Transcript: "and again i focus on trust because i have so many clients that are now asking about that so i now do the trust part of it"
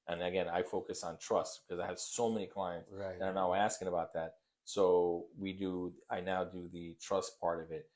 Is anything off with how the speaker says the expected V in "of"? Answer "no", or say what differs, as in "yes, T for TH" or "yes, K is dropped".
no